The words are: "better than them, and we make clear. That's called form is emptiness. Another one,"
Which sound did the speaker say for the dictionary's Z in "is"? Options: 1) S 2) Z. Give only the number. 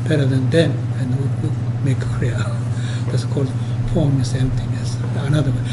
1